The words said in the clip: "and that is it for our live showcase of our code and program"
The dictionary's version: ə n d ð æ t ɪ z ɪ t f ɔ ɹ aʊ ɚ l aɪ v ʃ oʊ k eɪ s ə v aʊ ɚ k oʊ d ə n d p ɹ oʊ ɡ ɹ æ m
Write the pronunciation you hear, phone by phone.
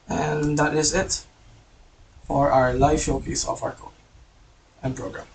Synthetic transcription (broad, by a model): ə n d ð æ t ɪ z ɪ t f ɔ ɹ aʊ ɚ l aɪ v ʃ oʊ k eɪ s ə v aʊ ɚ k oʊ ə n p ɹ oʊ ɡ ɹ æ m